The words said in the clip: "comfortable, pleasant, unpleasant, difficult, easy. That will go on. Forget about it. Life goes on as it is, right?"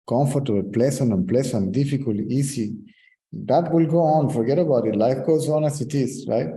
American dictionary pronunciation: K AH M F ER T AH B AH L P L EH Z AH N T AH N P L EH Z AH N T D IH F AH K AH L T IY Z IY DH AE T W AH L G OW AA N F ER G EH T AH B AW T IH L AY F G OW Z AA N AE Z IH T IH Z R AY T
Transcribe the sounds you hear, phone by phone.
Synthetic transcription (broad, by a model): K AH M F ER T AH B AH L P L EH S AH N AH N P L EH S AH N D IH F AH K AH L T IY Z IY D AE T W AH L G OW AA N F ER G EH T AH B AW T IH L AY F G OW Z AA N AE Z IH T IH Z R AY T